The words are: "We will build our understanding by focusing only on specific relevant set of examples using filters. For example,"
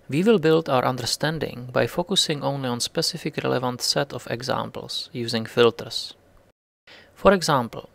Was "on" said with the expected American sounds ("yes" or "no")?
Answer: yes